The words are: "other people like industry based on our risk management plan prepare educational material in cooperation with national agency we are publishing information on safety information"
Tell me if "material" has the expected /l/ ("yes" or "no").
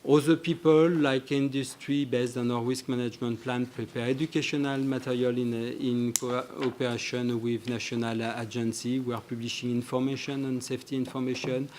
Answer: no